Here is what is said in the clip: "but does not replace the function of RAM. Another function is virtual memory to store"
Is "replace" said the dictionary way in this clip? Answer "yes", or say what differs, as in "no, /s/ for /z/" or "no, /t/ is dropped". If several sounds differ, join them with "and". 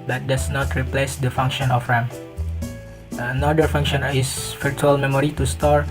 yes